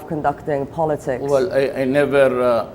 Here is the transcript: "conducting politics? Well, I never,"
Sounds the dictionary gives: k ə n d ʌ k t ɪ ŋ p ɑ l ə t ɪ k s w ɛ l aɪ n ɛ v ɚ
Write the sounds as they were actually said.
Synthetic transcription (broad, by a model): k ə n d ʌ k t ɪ ŋ p ɑ l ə t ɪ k w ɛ l aɪ n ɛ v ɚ